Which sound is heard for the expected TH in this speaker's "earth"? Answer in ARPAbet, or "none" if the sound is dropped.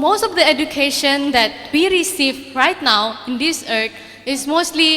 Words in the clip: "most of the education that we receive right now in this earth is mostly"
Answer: T